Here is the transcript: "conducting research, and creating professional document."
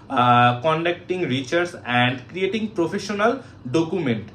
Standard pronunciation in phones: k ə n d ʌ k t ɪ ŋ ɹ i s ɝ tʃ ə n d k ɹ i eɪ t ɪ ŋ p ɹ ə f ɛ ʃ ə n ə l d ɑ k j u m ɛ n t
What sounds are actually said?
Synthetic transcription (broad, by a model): k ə n d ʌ k t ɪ ŋ ɹ i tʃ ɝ s ə n d k ɹ i eɪ t ɪ ŋ p ɹ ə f ɛ ʃ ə n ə l d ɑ k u m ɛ n t